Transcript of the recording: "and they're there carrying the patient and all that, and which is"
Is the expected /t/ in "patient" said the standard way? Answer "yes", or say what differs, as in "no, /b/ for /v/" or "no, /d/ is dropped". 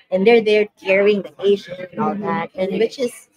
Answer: no, /t/ is dropped